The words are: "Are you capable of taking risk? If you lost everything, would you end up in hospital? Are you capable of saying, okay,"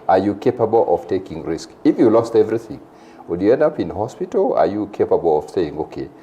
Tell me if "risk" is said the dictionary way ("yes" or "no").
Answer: yes